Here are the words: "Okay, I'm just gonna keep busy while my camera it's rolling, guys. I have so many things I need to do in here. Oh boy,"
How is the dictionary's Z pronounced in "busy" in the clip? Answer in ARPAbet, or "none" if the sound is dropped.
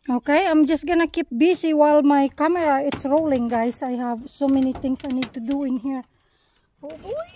S